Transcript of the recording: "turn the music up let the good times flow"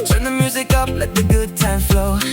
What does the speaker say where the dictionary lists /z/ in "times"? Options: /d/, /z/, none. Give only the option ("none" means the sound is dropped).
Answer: none